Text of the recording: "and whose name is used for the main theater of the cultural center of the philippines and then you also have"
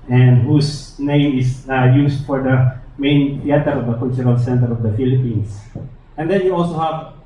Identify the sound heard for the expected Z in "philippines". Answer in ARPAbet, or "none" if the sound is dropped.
S